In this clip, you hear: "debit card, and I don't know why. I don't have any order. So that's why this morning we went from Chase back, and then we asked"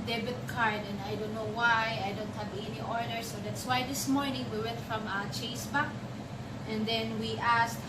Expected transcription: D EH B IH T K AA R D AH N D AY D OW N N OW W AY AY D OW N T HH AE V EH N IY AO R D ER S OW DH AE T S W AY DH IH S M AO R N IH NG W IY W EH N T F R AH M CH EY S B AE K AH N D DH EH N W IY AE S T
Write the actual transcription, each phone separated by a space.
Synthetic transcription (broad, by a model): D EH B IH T K AA R D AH N AY D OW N N OW W AY AY D OW N T HH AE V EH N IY AO R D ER S OW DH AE T S W AY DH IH S M AO R N IH NG W IY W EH T F R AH M CH EY S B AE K AH N D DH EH N W IY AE S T